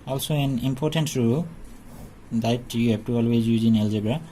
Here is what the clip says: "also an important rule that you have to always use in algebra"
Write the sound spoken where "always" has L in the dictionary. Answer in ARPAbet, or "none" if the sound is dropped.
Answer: L